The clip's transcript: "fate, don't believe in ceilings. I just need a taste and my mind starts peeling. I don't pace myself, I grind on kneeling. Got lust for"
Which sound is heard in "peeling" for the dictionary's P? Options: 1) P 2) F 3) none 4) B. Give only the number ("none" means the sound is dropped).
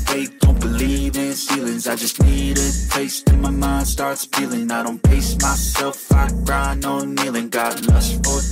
2